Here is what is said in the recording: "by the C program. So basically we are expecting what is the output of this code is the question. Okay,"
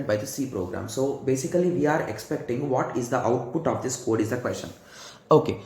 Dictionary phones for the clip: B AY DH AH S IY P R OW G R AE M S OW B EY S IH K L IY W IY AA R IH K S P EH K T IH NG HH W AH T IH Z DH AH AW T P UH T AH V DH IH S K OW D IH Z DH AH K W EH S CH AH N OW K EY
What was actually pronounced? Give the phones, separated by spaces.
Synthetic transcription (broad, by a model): B AY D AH S IY P R OW G R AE M S OW B EY S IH K L IY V IY AA R IH K S P EH K T IH NG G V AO T IH Z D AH AW T P UH T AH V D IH S K OW D IH Z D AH K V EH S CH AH N OW K EY